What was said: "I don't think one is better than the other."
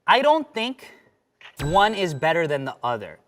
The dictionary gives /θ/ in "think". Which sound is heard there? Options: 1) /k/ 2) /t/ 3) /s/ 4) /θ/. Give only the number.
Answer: 4